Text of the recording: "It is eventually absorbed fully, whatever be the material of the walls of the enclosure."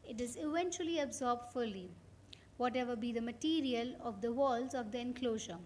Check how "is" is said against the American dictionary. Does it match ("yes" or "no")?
yes